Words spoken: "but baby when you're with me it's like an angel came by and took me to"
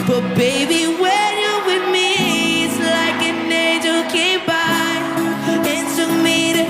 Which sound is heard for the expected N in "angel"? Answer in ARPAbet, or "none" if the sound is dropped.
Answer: none